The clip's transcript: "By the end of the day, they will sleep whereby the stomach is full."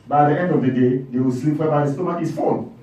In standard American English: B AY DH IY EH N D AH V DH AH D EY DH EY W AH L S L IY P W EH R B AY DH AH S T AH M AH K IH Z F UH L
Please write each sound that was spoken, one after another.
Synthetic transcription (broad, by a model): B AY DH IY EH N D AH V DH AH D EY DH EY W AH L S L IY P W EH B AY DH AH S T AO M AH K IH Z F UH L